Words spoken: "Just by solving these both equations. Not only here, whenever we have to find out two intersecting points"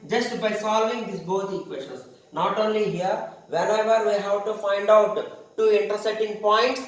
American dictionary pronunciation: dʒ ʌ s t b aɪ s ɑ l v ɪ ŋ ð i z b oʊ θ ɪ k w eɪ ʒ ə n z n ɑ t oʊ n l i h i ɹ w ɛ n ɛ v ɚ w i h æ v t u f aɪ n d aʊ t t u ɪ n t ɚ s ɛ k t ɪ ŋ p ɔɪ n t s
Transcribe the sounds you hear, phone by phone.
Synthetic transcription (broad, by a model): dʒ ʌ s t b aɪ s ɑ l v ɪ ŋ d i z b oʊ t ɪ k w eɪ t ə n s n ɑ t oʊ n l i h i ɹ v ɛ n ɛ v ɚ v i h æ v t u f aɪ n d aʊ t t u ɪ n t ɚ s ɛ t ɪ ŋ p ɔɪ n t s